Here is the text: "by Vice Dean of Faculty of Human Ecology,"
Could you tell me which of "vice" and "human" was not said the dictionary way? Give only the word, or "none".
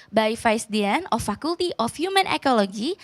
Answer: vice